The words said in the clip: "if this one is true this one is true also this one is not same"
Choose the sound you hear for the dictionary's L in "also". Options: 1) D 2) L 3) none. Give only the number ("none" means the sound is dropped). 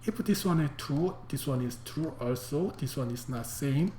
2